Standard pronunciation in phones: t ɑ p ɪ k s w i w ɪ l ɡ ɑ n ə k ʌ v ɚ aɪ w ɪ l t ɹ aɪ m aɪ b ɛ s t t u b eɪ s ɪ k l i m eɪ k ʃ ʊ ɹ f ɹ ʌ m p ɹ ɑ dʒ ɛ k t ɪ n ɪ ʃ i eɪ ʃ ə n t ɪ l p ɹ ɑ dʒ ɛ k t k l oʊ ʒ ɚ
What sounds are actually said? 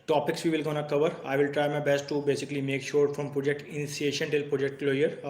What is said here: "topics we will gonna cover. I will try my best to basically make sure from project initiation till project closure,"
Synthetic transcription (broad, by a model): t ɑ p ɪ k s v i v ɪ l ɡ ɑ n ə k ʌ v ɚ aɪ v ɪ l t ɹ aɪ m aɪ b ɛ s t t u b eɪ s ɪ k l i m eɪ k ʃ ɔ ɹ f ɹ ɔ m p ɹ ɑ dʒ ɛ k t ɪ n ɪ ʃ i eɪ ʃ ə n t ɪ l p ɹ ɑ dʒ ɛ k t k l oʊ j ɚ